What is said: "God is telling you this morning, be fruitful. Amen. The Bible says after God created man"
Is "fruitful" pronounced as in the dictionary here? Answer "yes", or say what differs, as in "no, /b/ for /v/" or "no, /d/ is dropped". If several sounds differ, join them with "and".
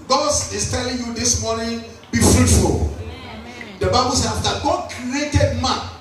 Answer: yes